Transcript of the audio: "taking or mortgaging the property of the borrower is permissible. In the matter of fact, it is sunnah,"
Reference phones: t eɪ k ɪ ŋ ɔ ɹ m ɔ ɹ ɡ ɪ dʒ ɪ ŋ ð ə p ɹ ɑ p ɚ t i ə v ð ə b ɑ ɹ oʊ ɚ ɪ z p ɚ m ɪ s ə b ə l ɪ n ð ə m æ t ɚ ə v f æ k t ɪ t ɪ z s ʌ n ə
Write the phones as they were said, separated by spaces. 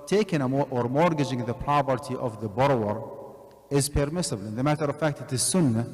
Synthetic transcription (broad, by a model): t eɪ k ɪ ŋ ɔ ɹ m ɔ ɹ ɡ ɪ dʒ ɪ ŋ ð ə p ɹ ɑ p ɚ t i ə v ð ə b ɑ ɹ oʊ ɚ ɪ z p ɚ m ɪ s ə b ə l ɪ n ð ə m æ t ɚ ə v f æ k t ɪ t ɪ z s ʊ n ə